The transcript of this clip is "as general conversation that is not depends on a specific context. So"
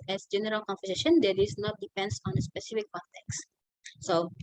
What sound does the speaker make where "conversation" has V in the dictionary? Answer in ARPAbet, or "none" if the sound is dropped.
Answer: F